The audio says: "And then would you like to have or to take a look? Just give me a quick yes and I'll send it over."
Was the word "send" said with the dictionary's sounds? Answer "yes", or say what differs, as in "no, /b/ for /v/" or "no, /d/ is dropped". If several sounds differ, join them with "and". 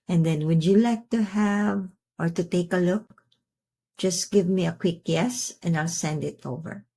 yes